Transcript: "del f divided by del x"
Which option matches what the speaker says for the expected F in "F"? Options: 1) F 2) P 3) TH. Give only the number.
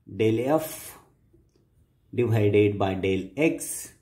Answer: 1